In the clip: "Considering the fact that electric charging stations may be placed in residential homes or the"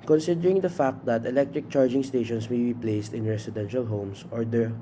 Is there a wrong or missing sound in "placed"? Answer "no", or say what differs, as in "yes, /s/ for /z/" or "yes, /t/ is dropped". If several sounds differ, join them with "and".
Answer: no